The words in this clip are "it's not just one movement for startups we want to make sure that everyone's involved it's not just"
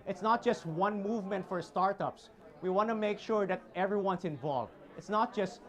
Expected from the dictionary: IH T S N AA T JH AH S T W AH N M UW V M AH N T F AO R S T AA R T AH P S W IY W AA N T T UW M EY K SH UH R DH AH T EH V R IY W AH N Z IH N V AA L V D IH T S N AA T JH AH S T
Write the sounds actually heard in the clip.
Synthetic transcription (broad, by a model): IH T S N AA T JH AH S T W AH N M UW V M AH N T F AO R S T AA R T AH P S W IY W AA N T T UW M EY K SH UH R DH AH T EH V R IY W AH N S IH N V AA L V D IH T S N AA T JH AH S T